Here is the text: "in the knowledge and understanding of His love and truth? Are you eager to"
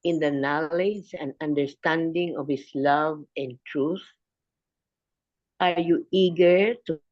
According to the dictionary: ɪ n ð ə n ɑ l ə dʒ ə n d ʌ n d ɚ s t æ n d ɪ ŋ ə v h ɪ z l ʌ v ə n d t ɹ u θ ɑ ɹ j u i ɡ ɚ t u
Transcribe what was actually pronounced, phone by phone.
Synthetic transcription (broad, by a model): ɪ n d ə n ɑ l ə dʒ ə n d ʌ n d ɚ s t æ n d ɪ ŋ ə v h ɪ s l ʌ v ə n t ɹ u θ ɑ ɹ j u i ɡ ɚ t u